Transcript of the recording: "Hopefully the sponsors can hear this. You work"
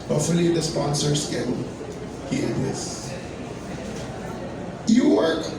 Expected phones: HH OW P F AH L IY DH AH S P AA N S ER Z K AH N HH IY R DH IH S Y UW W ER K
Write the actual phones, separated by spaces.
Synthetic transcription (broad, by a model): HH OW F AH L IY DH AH S P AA N S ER S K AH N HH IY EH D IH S Y UW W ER